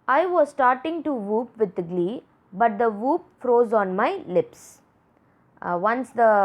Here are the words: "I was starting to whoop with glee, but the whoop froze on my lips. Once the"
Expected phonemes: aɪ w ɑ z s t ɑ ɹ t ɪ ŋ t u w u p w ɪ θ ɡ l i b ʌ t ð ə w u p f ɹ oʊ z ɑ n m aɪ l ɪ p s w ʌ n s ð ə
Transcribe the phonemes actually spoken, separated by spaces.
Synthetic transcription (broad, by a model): aɪ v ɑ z s t ɑ ɹ t ɪ ŋ t u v u p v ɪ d ɡ l i b ʌ t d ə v u p f ɹ oʊ z ɑ n m aɪ l ɪ p s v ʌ n s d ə